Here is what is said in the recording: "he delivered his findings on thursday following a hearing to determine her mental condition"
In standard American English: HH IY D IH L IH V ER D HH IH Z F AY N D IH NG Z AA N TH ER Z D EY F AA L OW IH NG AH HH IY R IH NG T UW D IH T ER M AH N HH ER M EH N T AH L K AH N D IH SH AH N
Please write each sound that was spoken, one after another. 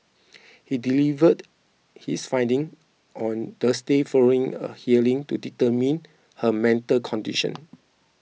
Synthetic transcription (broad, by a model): HH IY D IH L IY V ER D HH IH S F AY N D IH NG AA N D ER S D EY F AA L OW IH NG AH HH IY L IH NG T UW D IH T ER M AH N HH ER M EH N T AH L K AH N D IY SH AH N